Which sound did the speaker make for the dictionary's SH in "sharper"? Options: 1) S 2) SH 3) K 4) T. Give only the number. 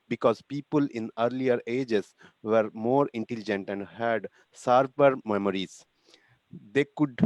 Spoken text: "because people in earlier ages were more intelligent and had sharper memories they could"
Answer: 1